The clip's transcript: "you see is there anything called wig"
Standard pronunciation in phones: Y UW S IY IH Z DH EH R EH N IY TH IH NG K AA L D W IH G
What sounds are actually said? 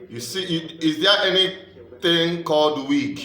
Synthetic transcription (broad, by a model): Y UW S IY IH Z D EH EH N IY T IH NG K AA L D W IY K